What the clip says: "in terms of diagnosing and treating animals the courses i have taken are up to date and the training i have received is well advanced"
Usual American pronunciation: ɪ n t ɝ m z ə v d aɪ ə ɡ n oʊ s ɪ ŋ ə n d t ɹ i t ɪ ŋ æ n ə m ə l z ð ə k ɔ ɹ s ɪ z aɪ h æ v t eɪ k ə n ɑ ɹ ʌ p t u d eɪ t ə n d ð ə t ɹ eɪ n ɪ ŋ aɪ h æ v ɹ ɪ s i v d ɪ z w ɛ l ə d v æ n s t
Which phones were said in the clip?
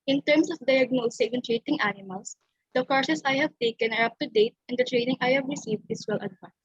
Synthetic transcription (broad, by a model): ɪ n t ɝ m s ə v d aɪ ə ɡ n oʊ s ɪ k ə n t ɹ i t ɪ ŋ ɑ n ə m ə l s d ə k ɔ ɹ s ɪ s aɪ h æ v t eɪ k ə n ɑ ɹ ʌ p t u d eɪ t ə n d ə t ɹ eɪ n ɪ ŋ aɪ h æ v ɹ ɪ s i v d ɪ s w ɛ l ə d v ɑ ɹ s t